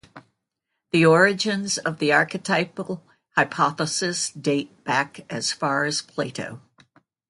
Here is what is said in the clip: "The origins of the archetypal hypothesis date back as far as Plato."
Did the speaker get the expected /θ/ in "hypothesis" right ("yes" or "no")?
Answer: yes